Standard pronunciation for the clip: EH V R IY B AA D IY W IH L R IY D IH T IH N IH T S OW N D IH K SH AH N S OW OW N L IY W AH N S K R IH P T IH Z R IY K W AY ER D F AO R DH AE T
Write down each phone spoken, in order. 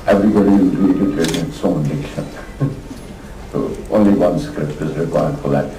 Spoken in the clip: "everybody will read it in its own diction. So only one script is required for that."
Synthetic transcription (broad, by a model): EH V R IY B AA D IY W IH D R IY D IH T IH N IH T S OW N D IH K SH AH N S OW OW N L IY W AH N S K R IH P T IH Z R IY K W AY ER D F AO L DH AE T